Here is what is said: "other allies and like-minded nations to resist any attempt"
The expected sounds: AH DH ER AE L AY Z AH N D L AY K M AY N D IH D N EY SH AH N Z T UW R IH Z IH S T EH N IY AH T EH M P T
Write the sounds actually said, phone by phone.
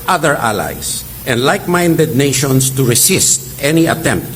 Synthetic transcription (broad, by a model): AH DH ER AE L AY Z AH N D L AY K M AY N D IH D N EY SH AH N S T UW R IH S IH S T EH N IY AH T EH M P T